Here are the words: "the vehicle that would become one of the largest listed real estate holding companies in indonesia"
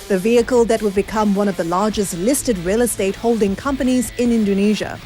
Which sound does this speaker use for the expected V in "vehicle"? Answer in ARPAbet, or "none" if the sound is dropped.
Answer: V